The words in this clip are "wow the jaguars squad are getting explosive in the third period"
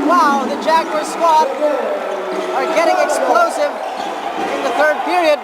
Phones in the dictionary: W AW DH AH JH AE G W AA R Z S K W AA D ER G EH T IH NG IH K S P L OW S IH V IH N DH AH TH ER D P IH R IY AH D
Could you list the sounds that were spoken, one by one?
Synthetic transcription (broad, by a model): W AW DH AH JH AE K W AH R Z S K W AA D ER G EH T IH NG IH K S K L OW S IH V IH N DH AH TH ER D P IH R IY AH D